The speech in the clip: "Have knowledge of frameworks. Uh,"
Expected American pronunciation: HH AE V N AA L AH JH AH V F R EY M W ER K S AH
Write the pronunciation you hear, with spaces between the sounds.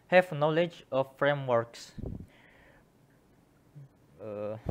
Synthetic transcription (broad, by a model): HH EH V N AA L AH JH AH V F R EY M W ER K S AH